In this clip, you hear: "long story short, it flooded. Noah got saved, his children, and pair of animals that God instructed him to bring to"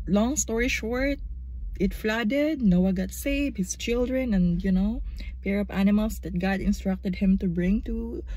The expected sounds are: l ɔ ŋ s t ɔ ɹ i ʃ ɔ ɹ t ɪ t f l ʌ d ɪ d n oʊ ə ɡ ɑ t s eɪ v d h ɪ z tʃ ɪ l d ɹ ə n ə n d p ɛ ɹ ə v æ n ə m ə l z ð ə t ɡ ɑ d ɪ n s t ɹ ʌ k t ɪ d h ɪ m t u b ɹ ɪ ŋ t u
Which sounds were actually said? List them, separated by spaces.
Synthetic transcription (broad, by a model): l ɔ ŋ s t ɔ ɹ i ʃ ɔ ɹ t ɪ t f l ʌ d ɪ d n oʊ ə ɡ ɑ t s eɪ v h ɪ s tʃ ɪ l d ɹ ə n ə n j p ɛ ɹ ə p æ n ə m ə l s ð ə t ɡ ɑ d ɪ n s t ɹ ʌ k t ɪ d h ɪ m t u b ɹ ɪ ŋ t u